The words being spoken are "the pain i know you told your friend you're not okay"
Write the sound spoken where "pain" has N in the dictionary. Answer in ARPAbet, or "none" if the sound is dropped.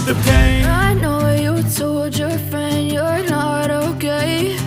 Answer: none